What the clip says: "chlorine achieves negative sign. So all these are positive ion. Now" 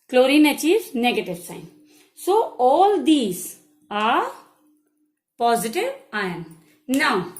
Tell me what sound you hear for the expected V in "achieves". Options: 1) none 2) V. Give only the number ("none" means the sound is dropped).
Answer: 1